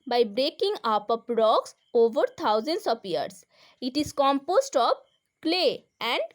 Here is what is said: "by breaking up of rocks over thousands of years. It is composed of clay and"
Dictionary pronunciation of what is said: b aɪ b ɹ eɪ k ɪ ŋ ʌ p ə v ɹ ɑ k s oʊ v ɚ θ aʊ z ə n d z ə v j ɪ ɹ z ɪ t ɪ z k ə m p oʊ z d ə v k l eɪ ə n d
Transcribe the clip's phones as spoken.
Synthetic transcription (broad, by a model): b aɪ b ɹ eɪ k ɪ ŋ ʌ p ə p ɹ ɑ k s oʊ v ɚ t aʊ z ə n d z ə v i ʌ ɹ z ɪ t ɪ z k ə m p oʊ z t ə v k l eɪ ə n d